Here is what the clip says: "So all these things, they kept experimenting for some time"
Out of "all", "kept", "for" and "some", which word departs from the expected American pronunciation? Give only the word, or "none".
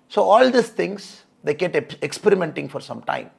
kept